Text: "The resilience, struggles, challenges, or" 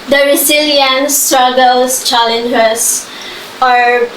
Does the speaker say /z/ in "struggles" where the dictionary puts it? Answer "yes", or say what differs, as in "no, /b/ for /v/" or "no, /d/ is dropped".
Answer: no, /s/ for /z/